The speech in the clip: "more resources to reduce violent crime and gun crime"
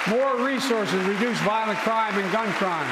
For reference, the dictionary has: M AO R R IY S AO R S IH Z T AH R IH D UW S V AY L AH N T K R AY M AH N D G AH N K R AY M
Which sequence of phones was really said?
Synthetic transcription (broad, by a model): M AO R R IY S AO R S IH Z R IH D UW S V AY L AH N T K R AY M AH N G AH N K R AY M